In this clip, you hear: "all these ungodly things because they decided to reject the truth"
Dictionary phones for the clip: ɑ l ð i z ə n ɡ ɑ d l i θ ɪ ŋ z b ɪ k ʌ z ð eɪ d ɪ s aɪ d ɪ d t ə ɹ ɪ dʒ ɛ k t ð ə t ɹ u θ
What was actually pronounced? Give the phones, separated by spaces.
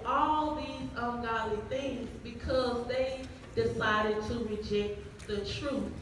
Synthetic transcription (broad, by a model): ɑ l ð i z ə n ɡ ɑ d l i θ ɪ ŋ z b ɪ k ʌ z ð eɪ d ɪ s aɪ d ɪ d t ə ɹ ɪ dʒ ɛ k t ð ə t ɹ u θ